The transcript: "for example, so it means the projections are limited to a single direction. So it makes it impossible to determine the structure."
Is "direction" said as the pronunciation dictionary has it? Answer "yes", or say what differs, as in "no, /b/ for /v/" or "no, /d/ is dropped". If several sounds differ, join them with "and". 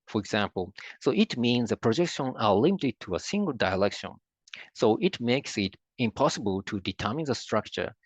no, /l/ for /ɹ/